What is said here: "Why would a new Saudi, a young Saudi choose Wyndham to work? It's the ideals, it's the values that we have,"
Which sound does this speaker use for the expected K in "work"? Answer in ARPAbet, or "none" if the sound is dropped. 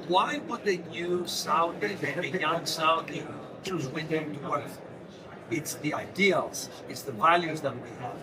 none